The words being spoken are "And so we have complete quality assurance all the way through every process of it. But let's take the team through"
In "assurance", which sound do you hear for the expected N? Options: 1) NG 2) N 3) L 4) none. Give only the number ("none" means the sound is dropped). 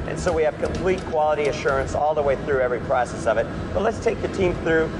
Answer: 2